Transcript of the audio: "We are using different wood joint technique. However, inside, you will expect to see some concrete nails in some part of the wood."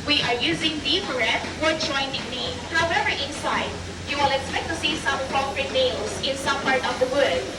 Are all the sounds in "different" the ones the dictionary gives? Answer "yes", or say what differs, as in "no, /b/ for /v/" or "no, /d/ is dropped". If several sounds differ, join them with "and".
no, /n/ is dropped